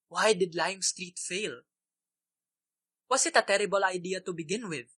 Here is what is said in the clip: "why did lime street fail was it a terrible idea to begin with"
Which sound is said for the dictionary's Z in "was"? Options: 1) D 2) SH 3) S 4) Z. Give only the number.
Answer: 3